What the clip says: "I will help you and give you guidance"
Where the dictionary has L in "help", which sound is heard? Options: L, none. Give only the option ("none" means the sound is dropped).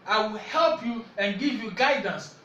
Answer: L